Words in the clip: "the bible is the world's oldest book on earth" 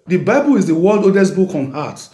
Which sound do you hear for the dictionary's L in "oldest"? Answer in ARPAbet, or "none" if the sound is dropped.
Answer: none